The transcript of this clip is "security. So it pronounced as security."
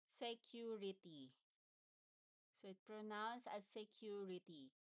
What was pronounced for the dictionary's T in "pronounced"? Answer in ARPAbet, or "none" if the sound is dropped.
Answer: none